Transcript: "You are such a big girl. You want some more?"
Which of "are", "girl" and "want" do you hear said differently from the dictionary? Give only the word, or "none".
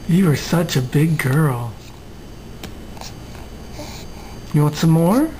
want